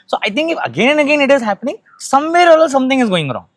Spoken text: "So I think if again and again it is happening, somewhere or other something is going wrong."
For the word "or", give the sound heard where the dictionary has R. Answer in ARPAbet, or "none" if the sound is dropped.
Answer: L